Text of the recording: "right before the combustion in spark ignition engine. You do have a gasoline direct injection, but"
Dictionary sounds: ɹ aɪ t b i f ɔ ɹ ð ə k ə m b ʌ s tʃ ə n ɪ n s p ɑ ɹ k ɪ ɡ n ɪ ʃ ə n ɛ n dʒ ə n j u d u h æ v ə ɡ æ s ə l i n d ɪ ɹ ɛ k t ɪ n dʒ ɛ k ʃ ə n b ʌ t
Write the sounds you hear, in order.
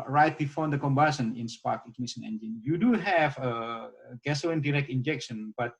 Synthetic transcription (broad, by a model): ɹ aɪ t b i f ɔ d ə k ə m b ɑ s ə n ɪ n s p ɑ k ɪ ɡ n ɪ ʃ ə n ɛ n dʒ ə n j u d u h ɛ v ə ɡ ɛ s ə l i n d ɪ ɹ ɛ k t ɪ n dʒ ɛ k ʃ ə n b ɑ t